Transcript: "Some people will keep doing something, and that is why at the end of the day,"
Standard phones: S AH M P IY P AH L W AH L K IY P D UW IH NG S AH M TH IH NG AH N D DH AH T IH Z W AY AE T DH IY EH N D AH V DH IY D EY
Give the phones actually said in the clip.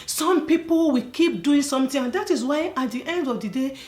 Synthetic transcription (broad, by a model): S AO M P IY P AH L W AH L K IY P D UW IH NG S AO M T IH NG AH N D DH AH T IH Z W AY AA T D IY EH N D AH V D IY D EY